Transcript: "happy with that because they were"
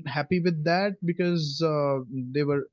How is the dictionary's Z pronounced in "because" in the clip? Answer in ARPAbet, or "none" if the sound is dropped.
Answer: Z